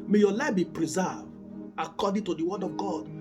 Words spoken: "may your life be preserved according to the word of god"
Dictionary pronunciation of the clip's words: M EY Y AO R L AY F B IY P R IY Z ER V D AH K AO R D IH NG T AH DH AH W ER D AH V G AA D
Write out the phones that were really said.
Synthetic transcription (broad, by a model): M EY Y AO L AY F B IY P R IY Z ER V AH K AO D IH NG T AH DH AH W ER D AH V G AA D